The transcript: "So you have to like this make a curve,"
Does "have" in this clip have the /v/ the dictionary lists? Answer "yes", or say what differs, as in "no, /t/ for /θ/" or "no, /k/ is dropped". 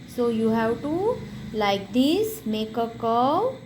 no, /w/ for /v/